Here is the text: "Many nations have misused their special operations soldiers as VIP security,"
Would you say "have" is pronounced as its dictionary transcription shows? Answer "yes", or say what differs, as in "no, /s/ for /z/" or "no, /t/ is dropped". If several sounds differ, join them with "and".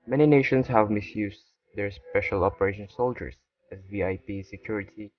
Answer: yes